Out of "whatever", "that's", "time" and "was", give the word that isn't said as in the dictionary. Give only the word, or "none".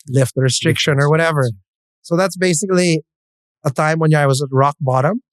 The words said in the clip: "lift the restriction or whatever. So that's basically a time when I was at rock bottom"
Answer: none